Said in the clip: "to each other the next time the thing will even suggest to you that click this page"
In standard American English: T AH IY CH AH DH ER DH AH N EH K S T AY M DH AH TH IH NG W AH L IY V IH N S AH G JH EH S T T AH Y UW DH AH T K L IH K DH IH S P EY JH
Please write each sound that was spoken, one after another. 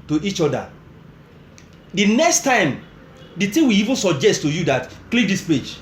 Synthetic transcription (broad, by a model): T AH IY CH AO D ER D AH N EH K S T AY M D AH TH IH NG W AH IY V IH N S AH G JH EH S T T AH Y UW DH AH T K L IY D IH S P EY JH